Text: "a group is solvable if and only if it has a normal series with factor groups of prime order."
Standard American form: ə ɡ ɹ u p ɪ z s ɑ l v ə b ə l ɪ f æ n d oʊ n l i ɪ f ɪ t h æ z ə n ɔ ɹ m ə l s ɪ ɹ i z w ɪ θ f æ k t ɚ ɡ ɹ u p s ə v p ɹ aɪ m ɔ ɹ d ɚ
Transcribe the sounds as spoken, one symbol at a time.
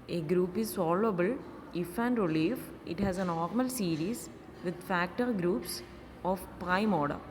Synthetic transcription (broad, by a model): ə ɡ ɹ u p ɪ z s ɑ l ə b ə l ɪ f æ n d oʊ l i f ɪ t h æ z ə n ɔ ɹ m ə l s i ɹ i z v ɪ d f æ k t ɚ ɡ ɹ u p s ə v p ɹ aɪ m ɔ ɹ d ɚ